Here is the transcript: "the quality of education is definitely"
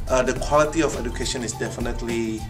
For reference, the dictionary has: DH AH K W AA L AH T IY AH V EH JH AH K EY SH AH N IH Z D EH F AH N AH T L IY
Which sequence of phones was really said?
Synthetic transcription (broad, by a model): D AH K W AA L AH T IY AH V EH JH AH K EY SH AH N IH S D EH F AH N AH T L IY